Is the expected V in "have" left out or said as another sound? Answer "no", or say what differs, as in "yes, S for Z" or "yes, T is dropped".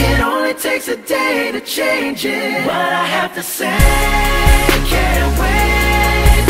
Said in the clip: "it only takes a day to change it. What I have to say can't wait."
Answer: yes, F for V